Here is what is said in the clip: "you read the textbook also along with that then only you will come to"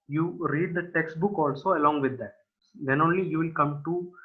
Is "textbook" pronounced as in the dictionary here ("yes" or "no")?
yes